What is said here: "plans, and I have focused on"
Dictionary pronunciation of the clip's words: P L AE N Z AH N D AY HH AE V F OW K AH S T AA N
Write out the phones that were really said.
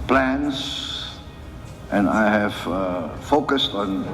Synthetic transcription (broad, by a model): P L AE N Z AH N AY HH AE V F OW K AH S T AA N